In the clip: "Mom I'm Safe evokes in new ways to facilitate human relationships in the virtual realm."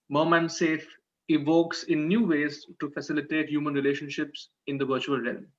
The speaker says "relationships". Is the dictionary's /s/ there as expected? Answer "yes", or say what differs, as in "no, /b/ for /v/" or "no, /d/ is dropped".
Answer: yes